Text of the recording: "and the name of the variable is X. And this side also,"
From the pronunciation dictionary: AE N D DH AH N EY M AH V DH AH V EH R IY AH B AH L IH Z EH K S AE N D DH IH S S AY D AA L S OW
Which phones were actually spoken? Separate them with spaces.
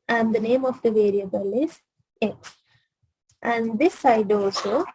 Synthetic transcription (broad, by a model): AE N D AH N EY M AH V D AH V EH R IY AH B AH L IH Z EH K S AE N D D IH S S AY D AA L S OW